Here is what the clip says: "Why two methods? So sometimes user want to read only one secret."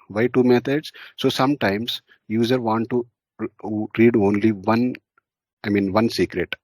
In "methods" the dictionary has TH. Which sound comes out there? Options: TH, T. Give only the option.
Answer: T